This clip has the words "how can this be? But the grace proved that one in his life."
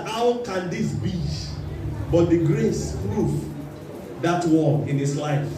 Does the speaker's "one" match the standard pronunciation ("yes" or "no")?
no